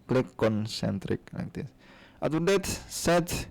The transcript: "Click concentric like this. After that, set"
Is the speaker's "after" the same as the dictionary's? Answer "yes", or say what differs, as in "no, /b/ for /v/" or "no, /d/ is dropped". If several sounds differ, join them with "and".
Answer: no, /f/ is dropped